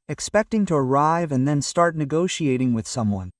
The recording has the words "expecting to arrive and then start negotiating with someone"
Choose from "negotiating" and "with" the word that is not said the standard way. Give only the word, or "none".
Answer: none